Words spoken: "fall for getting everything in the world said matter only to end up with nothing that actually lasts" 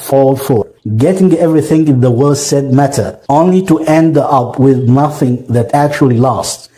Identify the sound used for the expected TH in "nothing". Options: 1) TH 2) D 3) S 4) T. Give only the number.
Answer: 1